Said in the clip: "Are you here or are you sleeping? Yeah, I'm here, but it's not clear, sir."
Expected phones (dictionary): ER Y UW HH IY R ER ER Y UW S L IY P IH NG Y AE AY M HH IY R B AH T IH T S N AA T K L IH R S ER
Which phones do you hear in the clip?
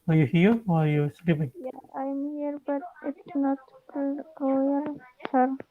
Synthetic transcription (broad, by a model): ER Y UW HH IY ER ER Y UW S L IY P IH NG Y AY M HH IY R B AH T IH T S N AA T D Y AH L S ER